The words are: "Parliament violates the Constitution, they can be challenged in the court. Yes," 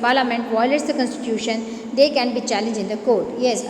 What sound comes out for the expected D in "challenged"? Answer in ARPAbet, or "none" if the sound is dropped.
none